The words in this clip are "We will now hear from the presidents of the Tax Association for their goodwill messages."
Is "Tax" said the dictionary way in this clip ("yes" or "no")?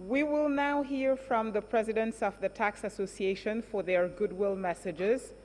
yes